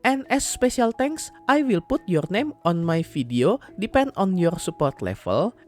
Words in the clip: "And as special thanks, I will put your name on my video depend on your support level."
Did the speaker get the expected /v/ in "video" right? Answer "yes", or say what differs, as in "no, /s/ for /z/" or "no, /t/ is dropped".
no, /f/ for /v/